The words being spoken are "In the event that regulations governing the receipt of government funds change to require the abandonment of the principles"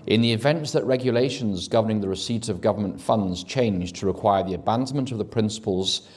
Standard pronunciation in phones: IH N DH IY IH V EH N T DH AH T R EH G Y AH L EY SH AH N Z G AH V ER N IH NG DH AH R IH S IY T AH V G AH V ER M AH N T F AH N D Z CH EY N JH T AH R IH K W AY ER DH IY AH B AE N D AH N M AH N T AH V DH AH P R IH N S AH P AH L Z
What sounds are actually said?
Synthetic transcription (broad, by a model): IH N DH IY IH V EH N T DH AH T R EH G Y AH L EY SH AH N Z G AH V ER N IH NG DH AH R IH S IY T AH V G AH V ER M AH N T F AH N D Z CH EY N JH T AH R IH K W AY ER DH IY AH B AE N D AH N M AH N T AH V DH AH P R IH N S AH P AH L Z